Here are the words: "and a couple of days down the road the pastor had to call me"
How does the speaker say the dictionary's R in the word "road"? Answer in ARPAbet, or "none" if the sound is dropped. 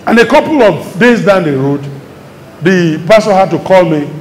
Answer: R